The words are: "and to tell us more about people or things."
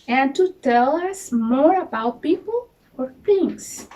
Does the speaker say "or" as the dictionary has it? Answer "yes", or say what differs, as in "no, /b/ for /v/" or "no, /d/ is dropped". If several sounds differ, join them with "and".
yes